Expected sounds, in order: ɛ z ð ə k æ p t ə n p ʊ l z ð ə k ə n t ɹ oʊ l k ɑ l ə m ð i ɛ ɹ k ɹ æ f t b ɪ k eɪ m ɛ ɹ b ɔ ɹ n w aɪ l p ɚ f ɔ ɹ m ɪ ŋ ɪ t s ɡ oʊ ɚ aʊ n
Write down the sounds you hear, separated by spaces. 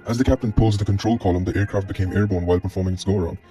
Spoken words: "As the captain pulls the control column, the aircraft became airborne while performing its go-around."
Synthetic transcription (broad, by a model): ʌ z ð ə k æ p t ə n p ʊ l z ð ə k ə n t ɹ oʊ l k ɑ l ə m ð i ɛ ɹ k ɹ æ f t b ɪ k eɪ m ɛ ɹ b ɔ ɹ n w aɪ l p ɚ f ɔ ɹ m ɪ ŋ ɪ t s ɡ oʊ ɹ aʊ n